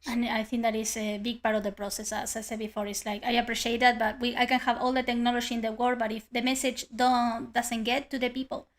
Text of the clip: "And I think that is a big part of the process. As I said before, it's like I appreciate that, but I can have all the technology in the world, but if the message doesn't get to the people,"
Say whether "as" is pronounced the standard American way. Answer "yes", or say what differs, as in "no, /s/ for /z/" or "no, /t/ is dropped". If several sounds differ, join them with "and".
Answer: no, /s/ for /z/